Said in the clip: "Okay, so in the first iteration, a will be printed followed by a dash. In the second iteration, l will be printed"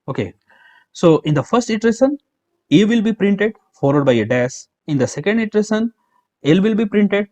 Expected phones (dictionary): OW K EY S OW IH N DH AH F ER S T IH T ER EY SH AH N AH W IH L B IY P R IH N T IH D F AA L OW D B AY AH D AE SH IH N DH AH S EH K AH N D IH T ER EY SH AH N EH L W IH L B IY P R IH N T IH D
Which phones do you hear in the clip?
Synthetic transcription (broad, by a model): OW K EY S OW IH N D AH F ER S T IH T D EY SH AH N AH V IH L B IY P R IH N T IH D F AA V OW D B AY AH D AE S IH N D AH S EH K AH N D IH T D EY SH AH N EH L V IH L B IY P R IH N T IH D